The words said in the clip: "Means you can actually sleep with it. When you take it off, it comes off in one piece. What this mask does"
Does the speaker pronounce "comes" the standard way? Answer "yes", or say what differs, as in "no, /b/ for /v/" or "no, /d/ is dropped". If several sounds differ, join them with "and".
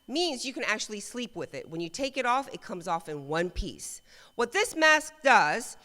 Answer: yes